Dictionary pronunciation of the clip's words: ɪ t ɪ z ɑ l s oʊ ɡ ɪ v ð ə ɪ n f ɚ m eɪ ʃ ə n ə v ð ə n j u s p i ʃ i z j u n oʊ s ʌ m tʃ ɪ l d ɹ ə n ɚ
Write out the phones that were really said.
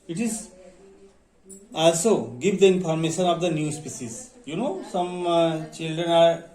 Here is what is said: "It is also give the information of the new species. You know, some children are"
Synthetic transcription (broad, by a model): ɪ t ɪ z ɑ l s oʊ ɡ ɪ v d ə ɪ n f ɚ m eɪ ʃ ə n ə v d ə n j u s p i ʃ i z j u n oʊ s ʌ m tʃ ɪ l d ɹ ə n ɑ